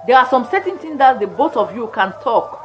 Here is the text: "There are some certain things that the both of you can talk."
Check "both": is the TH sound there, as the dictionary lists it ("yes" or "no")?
no